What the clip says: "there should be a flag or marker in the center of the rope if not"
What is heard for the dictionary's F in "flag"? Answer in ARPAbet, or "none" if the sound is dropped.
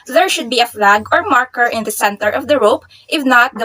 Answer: F